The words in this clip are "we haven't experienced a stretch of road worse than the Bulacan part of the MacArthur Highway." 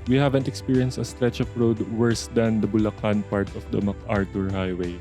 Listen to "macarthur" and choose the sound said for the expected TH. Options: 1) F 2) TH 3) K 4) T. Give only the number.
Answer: 4